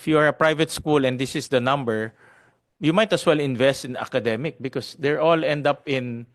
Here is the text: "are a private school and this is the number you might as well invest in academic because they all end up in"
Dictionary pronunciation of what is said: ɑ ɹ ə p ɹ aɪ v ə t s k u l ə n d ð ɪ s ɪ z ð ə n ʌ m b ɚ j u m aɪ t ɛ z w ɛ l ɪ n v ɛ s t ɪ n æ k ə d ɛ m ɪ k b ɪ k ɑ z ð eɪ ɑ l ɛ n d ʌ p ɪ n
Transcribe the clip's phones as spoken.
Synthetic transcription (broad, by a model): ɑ ɹ ə p ɹ aɪ v ə t s k u l ə n d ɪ s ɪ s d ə n ʌ m b ɚ j u m aɪ t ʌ s w ɛ l ɪ n v ɛ s t ɪ n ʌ k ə d ɛ m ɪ k b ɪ k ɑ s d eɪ ɑ l ɛ n d ʌ p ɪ n